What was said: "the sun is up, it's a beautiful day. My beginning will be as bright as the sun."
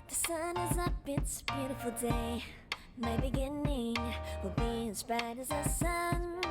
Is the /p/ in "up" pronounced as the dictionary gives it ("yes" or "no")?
no